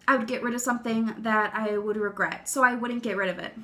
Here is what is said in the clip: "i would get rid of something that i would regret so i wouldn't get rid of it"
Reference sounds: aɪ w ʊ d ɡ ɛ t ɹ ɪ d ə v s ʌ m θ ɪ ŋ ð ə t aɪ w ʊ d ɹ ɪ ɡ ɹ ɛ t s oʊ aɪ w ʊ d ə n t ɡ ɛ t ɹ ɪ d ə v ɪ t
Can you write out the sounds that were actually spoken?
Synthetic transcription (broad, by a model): aɪ w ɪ d ɡ ɛ t ɹ ɪ d ə v s ʌ m θ ɪ ŋ ð ə t aɪ w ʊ d ɹ ɪ ɡ ɹ ɛ t s oʊ aɪ w ʊ d n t ɡ ɛ t ɹ ɪ d ə v ɪ t